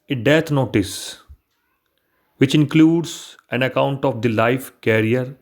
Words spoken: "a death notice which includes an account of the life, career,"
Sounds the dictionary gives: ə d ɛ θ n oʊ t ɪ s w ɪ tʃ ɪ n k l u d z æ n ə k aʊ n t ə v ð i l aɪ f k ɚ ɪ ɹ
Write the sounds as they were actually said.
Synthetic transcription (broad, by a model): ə d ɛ t n oʊ t ɪ s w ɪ tʃ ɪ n k l u d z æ n ə k aʊ n t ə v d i l aɪ f k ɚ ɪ ɹ